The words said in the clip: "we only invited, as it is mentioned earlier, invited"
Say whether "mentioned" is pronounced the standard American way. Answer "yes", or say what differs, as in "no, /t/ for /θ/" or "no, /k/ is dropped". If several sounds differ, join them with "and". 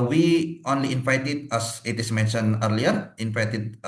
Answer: no, /d/ is dropped